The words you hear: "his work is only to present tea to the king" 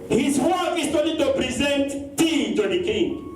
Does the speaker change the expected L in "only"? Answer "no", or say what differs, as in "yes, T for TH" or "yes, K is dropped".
yes, L is dropped